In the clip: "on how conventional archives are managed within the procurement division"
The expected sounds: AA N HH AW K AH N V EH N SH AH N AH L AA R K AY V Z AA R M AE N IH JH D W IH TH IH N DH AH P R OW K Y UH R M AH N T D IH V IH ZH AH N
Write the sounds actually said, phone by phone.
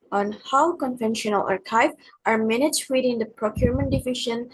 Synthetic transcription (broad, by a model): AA N HH AW K AH N V EH N SH AH N AH L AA R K AY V AA R M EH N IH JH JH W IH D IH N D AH P R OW K Y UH R M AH N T D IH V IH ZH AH N